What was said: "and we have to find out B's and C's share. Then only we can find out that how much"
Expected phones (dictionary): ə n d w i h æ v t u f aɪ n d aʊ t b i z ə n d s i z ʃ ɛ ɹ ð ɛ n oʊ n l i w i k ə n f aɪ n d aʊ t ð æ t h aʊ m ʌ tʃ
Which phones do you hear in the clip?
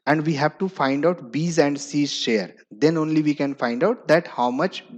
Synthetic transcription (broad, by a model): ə n d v i h æ v t u f aɪ n d aʊ t b i z ə n d s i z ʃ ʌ ɹ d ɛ n oʊ n l i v i k ə n f aɪ n d aʊ t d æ t h aʊ m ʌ tʃ